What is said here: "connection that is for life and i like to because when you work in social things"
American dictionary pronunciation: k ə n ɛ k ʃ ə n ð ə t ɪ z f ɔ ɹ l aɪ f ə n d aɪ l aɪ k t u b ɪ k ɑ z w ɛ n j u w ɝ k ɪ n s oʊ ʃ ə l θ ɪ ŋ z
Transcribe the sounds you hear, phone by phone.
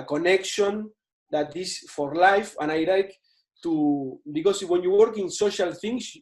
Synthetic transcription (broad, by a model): k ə n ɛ k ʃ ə n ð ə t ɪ s f ɔ ɹ l aɪ f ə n aɪ l aɪ k t u b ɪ k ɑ s w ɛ n j u w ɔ k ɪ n s oʊ ʃ ə l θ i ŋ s